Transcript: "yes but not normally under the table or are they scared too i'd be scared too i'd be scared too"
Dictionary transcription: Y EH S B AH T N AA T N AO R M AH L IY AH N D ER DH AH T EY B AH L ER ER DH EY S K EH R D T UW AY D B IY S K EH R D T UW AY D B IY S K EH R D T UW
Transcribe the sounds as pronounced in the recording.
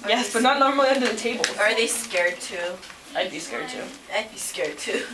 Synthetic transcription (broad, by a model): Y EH S B AH T N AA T N AO R M AH L IY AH N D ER DH AH T EY B AH L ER ER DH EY S K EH R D T UW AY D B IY S K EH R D T UW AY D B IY S K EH R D T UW